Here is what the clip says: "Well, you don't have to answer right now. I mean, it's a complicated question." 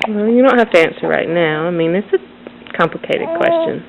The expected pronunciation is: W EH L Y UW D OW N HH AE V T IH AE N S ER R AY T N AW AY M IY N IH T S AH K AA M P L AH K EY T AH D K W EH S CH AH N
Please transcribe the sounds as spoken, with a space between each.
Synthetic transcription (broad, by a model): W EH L Y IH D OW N HH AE F T IH AE N S ER R AY T N AW AY M IY N IH T S AH K AA M P L AH K EY T AH D K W EH S CH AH N